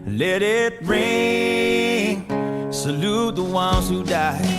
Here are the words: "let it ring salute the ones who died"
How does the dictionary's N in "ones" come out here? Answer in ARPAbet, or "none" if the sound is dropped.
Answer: N